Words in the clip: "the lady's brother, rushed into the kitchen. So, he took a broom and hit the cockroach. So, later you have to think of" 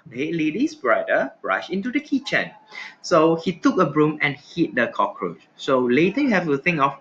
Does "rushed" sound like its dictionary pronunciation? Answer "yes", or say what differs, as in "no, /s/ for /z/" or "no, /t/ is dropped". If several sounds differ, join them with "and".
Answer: no, /t/ is dropped